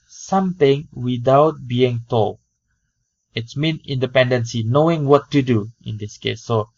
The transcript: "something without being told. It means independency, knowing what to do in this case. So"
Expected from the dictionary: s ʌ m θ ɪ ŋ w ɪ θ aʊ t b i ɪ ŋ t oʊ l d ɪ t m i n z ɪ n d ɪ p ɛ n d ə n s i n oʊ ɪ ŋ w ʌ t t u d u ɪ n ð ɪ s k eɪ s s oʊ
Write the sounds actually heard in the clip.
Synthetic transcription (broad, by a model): s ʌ m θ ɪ ŋ w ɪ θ aʊ t b i ɪ ŋ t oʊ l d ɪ t m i n ɪ n d ɪ p ɛ n d ə n s i n oʊ ɪ ŋ w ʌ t t u d u ɪ n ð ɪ s k eɪ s s oʊ